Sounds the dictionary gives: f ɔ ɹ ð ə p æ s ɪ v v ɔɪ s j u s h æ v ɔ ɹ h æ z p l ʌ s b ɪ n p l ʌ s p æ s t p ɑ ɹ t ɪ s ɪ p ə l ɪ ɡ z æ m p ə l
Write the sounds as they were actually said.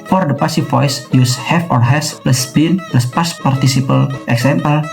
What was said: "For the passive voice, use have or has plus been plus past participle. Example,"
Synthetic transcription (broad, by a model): f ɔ ɹ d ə p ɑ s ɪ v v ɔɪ s j u s h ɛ f ɔ ɹ h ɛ s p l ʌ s b ɪ n p l ʌ s p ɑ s p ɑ ɹ t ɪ s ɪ p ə l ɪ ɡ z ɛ m p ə l